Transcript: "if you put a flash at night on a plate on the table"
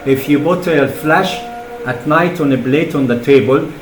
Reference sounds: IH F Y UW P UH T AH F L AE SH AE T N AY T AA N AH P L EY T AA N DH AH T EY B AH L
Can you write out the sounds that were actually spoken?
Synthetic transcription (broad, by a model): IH F Y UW B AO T AH F L AE SH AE T N AY T AA N AH B L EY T AA N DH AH T EY B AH L